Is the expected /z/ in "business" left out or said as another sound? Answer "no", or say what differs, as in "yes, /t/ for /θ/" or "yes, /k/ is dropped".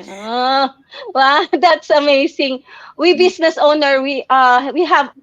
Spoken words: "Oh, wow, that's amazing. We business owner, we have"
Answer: yes, /s/ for /z/